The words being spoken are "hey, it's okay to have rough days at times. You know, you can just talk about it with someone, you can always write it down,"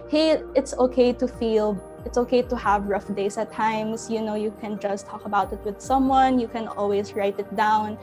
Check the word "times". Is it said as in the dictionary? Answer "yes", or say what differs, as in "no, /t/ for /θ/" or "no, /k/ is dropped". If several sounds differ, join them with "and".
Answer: no, /s/ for /z/